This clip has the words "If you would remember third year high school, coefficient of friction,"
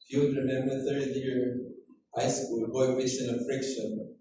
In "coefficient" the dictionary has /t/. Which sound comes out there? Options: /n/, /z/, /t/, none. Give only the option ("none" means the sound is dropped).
none